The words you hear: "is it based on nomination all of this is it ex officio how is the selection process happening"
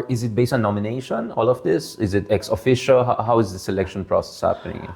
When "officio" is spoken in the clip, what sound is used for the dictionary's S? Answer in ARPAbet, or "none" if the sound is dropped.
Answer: SH